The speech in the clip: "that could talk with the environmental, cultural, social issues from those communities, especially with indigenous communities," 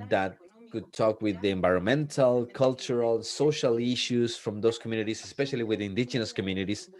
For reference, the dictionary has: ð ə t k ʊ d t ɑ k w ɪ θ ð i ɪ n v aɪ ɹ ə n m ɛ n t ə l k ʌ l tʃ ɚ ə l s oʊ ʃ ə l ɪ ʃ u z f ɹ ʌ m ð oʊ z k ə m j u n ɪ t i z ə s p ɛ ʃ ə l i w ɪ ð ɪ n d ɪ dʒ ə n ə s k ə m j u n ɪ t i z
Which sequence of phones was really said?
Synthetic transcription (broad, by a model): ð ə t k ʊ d t ɑ k w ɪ ð i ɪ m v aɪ ɹ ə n m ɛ n t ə l k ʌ l tʃ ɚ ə l s oʊ ʃ ə l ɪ ʃ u s f ɹ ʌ m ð oʊ s k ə m j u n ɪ t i s ə s p ɛ ʃ ə l i w ɪ ð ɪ n d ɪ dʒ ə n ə s k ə m j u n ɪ t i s